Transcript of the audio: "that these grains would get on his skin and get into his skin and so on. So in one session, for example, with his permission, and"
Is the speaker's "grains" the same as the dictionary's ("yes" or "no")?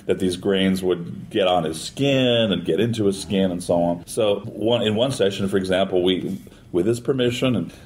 yes